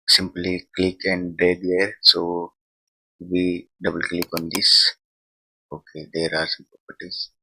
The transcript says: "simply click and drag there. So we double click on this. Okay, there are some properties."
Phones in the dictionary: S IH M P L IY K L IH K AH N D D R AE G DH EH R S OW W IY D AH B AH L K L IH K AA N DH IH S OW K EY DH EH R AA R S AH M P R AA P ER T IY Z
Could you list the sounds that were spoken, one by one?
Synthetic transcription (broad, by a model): S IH M P L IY K L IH K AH N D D EH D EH R S OW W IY D AH B AH L K L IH K AA N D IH S OW K EY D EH R AA R S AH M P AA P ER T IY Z